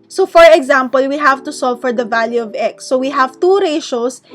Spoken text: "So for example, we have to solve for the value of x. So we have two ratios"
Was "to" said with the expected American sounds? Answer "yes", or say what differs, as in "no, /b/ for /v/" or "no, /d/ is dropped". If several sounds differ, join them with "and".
yes